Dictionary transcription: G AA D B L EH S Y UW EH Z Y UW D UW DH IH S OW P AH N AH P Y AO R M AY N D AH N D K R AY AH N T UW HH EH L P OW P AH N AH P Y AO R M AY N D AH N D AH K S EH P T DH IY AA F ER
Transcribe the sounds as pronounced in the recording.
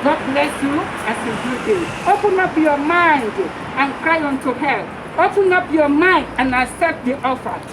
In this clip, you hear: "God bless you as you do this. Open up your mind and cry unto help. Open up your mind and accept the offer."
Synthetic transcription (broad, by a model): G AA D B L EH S Y UW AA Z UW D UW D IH OW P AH N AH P Y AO M AY N D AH N K R AY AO N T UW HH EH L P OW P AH N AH P Y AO M AY N D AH N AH S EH T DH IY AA F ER